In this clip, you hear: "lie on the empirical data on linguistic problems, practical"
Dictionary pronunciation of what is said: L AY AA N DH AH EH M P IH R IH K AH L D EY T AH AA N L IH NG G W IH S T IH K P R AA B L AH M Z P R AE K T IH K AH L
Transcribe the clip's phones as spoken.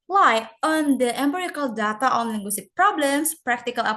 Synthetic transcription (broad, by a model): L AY AA N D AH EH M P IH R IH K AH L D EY T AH AA N L IH NG G W IH S T IH K P R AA B L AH M S P R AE K T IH K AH L